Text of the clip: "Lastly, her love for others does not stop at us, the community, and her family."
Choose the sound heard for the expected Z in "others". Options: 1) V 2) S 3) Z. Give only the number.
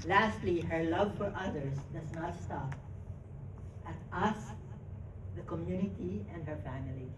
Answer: 2